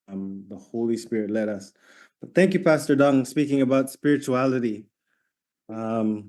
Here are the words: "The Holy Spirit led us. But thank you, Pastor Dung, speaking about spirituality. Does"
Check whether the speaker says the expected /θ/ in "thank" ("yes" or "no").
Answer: yes